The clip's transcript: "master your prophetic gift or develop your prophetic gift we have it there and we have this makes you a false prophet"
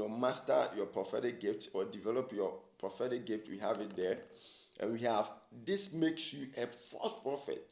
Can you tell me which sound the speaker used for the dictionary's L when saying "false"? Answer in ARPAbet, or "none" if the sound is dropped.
none